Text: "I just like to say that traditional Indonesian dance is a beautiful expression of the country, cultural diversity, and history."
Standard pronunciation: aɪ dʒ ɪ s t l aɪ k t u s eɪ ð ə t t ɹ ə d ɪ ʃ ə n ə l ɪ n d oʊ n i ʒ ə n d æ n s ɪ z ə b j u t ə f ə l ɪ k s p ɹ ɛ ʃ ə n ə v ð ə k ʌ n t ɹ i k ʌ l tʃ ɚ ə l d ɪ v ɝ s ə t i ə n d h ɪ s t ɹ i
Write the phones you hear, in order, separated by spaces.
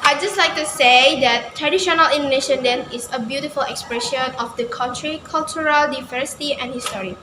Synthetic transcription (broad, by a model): aɪ dʒ ɪ s t l aɪ k t u s eɪ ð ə t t ɹ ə d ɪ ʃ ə n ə l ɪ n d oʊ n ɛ ʃ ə n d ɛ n ɪ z ə b j u t ə f ə l ɪ k s p ɹ ɛ ʃ ə n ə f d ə k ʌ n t ɹ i k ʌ l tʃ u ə l d ɪ v ɝ s ə t i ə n h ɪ s t ɹ i